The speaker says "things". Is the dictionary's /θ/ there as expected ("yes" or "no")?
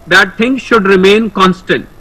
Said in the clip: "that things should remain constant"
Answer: no